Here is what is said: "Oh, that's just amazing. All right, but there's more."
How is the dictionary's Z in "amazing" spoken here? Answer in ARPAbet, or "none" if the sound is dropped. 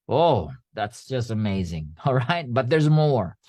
Z